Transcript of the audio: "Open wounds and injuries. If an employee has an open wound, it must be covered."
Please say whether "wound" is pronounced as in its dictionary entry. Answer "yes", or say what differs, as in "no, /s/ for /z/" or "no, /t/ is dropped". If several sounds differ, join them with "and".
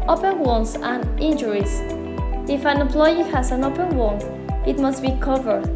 no, /d/ is dropped